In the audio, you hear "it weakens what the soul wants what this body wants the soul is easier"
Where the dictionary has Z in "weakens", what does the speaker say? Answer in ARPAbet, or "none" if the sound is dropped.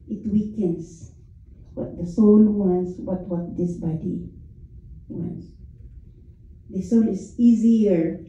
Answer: S